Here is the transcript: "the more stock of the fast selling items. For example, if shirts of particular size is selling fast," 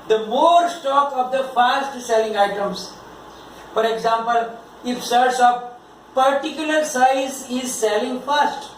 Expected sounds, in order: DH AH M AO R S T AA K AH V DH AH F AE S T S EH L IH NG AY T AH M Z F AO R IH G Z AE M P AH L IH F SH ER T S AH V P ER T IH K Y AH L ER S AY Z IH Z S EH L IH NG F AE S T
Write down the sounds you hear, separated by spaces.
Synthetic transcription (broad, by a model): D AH M AO R S T AA K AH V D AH F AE S T S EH L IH NG AY T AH M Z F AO R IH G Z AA M P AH L IH F S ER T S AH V P ER T IH K Y AH L ER S AY Z IH Z S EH L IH NG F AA S T